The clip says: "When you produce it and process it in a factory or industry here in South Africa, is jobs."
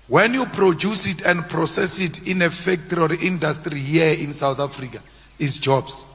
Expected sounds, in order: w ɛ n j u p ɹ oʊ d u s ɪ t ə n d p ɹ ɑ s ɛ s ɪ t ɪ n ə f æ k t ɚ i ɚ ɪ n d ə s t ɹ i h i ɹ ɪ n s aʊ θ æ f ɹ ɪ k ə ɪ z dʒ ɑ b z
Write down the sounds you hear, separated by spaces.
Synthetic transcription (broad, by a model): w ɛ n j u p ɹ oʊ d u s ɪ t ə n d p ɹ ɑ s ɛ s ɪ t ɪ n ə f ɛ k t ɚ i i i n d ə s t ɹ i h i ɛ ɪ n s aʊ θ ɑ f ɹ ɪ k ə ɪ s dʒ ɑ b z